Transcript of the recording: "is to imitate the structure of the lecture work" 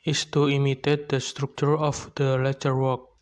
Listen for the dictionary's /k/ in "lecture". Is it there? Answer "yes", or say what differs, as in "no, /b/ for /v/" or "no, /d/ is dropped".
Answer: no, /k/ is dropped